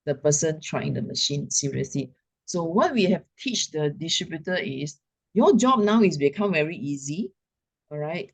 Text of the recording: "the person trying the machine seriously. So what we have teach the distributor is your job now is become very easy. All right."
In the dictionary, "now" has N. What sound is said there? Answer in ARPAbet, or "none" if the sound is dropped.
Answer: N